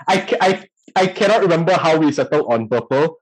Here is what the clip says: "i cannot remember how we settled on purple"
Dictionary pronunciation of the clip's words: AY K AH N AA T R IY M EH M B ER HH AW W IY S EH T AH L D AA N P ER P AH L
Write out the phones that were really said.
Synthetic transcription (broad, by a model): AY K AH N AA T R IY M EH M B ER HH AW W IY S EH T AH L AA N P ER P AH L